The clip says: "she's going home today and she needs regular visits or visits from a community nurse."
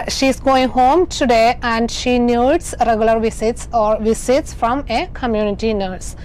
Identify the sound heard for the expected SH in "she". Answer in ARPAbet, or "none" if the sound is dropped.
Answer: SH